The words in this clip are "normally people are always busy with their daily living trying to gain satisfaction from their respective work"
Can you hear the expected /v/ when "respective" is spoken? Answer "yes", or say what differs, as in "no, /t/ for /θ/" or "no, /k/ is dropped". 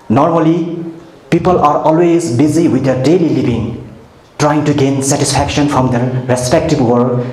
no, /b/ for /v/